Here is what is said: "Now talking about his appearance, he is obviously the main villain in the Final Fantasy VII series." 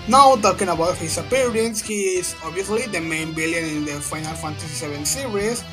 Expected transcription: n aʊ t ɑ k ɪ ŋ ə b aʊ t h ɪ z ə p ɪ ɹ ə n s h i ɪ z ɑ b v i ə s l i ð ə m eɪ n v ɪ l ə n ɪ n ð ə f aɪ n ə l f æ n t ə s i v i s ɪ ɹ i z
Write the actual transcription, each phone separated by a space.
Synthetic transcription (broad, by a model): n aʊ t ɑ k ɪ ŋ ə b aʊ t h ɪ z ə p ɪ ɹ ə n s h i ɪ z ɑ b v i ə s l i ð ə m eɪ n b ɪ l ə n ɪ n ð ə f aɪ n ə l f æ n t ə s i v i s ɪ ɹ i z